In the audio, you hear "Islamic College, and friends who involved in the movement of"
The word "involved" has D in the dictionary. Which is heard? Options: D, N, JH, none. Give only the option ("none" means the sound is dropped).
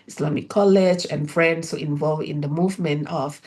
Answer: none